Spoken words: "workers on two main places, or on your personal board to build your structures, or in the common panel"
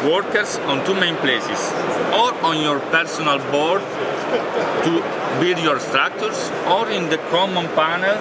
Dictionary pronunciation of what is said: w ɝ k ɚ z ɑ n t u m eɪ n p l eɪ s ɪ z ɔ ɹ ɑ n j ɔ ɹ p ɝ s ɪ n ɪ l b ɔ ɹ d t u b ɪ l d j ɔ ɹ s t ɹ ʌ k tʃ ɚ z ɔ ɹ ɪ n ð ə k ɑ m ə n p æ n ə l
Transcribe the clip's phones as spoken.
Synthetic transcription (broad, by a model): w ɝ k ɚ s ɑ n t u m eɪ n p l eɪ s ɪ s ɔ ɹ ɑ n j ɔ ɹ p ɝ s ɪ n ɪ l b ɔ ɹ d t u b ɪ l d j ɔ ɹ s t ɹ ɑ k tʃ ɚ s ɔ ɹ ɪ n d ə k ɑ m ə n p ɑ n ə l